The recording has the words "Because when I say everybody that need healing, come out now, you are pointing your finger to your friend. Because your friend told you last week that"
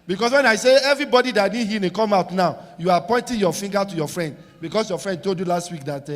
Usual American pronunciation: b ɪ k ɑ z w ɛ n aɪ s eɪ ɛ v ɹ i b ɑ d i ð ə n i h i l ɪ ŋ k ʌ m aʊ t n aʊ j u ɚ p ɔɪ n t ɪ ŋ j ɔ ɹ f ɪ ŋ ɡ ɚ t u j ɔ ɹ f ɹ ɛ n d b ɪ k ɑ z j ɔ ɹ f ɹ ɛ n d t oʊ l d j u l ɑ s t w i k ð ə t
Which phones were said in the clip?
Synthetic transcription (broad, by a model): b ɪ k ɑ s w ɛ n aɪ s eɪ ɛ v ɹ i b ɑ d i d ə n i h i n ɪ k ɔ m aʊ t n aʊ j u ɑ p ɔɪ n t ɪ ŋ j ɔ f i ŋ ɡ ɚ t u j ɔ f ɹ ɛ n d b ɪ k ɑ s j ɔ f ɹ ɛ n d t oʊ l d j u l ɑ s t w i k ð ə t